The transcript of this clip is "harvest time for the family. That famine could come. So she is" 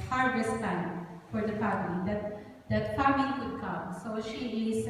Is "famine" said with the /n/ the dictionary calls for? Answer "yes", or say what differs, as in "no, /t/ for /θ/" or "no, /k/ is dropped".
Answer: no, /l/ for /n/